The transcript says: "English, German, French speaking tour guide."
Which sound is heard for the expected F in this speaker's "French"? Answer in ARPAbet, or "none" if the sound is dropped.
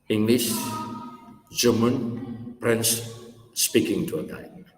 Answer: P